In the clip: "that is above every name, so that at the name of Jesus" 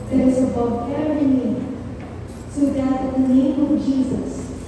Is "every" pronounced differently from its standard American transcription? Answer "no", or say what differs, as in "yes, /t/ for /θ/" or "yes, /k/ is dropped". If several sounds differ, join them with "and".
yes, /v/ is dropped